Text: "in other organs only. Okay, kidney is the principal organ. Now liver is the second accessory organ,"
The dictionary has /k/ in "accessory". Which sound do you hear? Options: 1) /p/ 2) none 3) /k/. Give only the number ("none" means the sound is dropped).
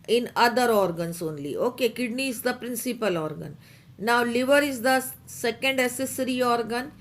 2